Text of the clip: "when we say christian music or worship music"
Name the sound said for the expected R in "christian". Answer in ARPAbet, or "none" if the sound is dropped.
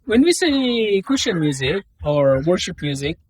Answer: none